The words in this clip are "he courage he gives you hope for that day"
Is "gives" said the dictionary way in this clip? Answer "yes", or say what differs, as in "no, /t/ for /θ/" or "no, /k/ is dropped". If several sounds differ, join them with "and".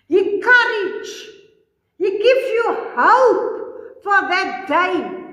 no, /z/ is dropped